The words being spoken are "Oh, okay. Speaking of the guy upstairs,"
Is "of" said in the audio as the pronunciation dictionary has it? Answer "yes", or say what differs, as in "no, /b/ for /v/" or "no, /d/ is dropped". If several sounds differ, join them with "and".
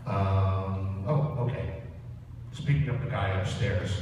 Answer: no, /p/ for /v/